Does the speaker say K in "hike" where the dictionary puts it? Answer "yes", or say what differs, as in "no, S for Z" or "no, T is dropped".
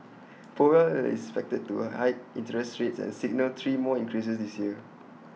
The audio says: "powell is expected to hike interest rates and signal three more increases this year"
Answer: no, K is dropped